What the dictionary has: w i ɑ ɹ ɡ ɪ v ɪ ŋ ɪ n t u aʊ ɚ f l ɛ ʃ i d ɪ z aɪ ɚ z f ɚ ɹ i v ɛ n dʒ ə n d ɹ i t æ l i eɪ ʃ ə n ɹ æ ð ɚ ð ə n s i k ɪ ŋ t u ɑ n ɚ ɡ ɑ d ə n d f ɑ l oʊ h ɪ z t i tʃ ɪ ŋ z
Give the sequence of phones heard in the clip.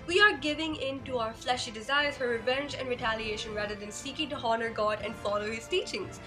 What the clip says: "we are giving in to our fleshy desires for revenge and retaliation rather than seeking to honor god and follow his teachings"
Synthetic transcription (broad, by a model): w i ɑ ɹ ɡ ɪ v ɪ ŋ ɪ n t u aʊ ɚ f l ɛ ʃ i d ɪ z aɪ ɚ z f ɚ ɹ i v ɛ n dʒ ə n d ɹ i t æ l i eɪ ʃ ə n ɹ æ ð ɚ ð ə n s i k ɪ ŋ t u ɑ n ɚ ɡ ɑ d ə n d f ɑ l oʊ h ɪ z t i tʃ ɪ ŋ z